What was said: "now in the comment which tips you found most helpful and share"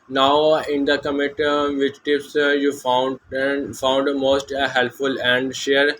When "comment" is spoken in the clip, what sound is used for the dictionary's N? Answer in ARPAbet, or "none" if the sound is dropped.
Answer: none